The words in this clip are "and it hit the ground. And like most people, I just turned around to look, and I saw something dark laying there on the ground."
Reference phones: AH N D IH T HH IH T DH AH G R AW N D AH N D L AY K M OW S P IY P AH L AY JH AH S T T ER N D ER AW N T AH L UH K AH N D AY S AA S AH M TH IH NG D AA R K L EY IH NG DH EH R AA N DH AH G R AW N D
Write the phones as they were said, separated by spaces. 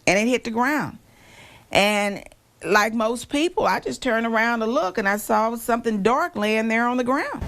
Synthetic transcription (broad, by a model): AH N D IH T HH IH T DH AH G R AW N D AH N L AY K M OW S P IY P L AY JH AH S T T ER N ER AW N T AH L UH K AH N AY S AA S AH M TH IH NG D AA R K L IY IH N DH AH R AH N DH AH G R AW N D